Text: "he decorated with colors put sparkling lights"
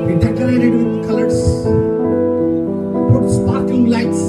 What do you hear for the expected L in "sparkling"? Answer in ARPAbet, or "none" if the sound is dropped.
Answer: none